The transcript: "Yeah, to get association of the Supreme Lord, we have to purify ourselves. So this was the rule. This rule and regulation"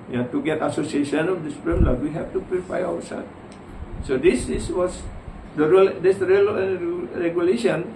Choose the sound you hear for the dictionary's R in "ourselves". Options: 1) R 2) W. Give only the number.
2